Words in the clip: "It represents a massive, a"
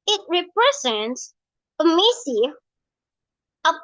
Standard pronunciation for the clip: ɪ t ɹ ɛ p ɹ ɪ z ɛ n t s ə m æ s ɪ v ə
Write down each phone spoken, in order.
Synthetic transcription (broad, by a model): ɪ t ɹ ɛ p ɹ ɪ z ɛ n t s ə m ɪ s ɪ ə